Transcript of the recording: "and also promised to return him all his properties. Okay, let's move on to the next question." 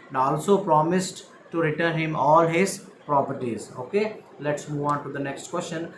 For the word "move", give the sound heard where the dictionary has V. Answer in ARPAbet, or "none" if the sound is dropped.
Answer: V